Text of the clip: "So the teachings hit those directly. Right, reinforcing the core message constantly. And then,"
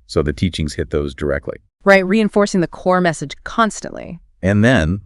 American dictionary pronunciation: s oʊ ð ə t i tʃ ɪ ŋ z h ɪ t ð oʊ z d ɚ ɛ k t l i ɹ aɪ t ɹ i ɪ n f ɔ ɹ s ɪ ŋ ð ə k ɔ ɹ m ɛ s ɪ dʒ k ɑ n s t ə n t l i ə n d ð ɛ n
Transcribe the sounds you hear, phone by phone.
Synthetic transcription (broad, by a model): s oʊ ð ə t i tʃ ɪ ŋ z h ɪ t ð oʊ z d ɚ ɛ k t l i ɹ aɪ t ɹ i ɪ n f ɔ ɹ s ɪ ŋ ð ə k ɔ ɹ m ɛ s ɪ dʒ k ɑ n s t ə n t l i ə n ð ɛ n